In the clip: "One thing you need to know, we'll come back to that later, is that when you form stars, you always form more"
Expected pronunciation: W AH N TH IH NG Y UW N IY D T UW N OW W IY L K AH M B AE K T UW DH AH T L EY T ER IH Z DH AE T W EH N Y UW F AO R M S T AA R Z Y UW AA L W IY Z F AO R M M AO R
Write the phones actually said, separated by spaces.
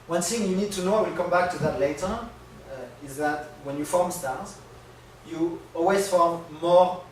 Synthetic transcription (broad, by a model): W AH N TH IH NG Y UW N IY D T UW N OW W IY L K AH M B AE K T UW DH AH T L EY T ER IH Z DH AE T W EH N Y UW F AO R M S T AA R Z Y UW AA L W IY Z F AO R M M AO R